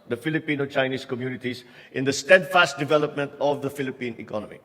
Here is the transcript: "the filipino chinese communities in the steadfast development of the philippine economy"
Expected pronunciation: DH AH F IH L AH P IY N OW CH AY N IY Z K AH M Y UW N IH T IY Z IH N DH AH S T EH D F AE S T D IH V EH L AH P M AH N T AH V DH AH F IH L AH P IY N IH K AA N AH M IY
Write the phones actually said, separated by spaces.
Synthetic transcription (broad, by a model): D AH F IH L AH P IY N OW CH AY N IY S K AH M Y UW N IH T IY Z IH N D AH S T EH D F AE S T D IH V EH L AH P M AH N T AH V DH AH F IH L AH P IY N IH K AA N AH M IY